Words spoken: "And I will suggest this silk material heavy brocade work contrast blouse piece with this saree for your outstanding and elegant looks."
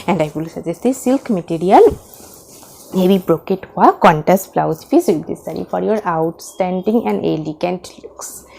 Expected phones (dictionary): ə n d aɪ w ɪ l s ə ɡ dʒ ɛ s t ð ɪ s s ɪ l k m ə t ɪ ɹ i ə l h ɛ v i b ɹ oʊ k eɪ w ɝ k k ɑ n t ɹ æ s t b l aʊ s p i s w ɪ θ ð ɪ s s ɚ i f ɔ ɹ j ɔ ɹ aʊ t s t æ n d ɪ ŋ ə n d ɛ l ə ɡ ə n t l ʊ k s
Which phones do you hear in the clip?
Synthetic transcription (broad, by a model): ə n d aɪ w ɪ l s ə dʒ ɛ s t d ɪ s s ɪ l k m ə t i ɹ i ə l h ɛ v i b ɹ oʊ k eɪ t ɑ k k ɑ n t æ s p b l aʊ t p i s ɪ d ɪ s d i f ɔ ɹ j ɔ ɹ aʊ t s t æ n d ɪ ŋ ə n d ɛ l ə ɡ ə n t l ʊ k s